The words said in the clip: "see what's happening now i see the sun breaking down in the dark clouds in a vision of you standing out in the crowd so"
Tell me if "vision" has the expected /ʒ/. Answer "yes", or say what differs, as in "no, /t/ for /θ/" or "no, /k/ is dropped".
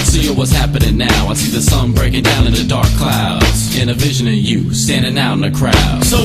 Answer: yes